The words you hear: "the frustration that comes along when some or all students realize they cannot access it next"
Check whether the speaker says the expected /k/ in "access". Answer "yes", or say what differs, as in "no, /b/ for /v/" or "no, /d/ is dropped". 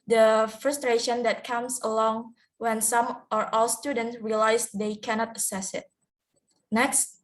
no, /k/ is dropped